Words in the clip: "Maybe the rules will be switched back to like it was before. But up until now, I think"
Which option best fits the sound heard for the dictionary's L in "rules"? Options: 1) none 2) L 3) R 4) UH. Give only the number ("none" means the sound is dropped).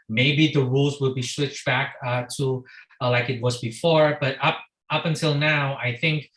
2